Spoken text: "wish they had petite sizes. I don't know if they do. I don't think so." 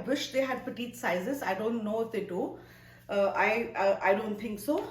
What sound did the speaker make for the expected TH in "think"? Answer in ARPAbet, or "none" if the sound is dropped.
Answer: T